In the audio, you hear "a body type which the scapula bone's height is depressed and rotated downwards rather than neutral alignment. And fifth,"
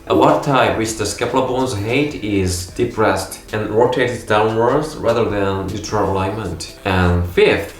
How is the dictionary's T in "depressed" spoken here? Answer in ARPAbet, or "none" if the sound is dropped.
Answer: T